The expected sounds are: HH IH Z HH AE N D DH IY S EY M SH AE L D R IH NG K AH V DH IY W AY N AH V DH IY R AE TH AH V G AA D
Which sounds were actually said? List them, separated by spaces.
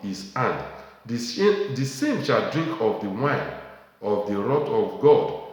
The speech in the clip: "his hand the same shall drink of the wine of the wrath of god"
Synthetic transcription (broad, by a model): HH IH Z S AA N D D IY S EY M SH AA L D R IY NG K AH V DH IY W AY N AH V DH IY R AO T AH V G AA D